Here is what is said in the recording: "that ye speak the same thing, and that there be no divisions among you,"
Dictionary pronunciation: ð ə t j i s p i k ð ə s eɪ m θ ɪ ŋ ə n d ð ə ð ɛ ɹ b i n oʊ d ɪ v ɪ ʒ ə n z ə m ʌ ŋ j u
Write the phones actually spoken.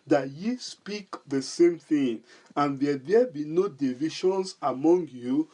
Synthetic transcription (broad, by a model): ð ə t j i s p i k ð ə s eɪ m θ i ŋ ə n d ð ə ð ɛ b i n oʊ d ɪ v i ʃ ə n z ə m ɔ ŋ j u